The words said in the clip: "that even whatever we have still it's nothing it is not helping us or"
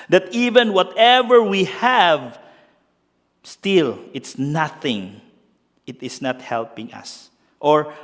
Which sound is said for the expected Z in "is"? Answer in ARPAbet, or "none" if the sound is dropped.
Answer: S